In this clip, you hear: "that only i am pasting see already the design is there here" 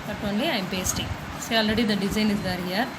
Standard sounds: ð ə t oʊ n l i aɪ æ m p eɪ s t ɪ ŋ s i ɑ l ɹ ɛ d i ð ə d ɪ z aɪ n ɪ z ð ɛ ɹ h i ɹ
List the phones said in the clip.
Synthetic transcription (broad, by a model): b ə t oʊ n l i aɪ m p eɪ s t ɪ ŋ s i ɑ l ɹ ɛ d i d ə d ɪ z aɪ n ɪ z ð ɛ ɹ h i ɹ